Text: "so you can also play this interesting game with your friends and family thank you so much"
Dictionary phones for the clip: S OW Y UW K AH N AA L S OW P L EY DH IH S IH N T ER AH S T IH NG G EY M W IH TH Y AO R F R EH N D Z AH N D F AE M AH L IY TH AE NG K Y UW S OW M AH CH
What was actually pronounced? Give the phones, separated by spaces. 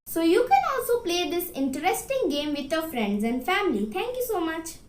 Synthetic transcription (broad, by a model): S OW Y UW K AH N AA L S OW P L EY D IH S IH N T ER AH S T IH NG G EY M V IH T Y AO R F R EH N D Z AH N D F AE M AH L IY T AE NG K Y UW S OW M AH CH